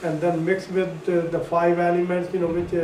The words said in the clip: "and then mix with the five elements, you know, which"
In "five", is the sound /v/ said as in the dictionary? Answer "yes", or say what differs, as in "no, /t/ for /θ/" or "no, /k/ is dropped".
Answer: yes